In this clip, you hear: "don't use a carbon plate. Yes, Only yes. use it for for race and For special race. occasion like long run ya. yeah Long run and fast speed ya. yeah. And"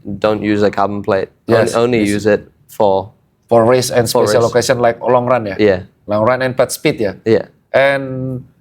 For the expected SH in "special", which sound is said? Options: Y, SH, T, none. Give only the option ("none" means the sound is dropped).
none